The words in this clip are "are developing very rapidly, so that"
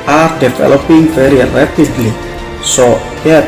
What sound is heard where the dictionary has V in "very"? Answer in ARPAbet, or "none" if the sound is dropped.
F